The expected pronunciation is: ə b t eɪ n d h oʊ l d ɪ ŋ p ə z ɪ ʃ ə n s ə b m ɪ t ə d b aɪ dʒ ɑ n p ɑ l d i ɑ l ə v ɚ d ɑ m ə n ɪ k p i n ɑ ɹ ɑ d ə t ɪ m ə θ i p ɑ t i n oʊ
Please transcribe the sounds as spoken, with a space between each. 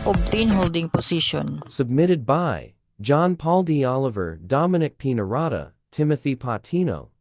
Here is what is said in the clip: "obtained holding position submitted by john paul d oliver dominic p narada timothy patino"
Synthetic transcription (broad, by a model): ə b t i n h oʊ l d ɪ ŋ p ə s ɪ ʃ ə n s ə b m ɪ t ə d b aɪ dʒ ɑ n p ɑ l d i ɑ l ə v ɚ d ɑ m ə n ɪ k p i n ɑ ɹ ɑ d ə t ɪ m ə θ i p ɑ t i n oʊ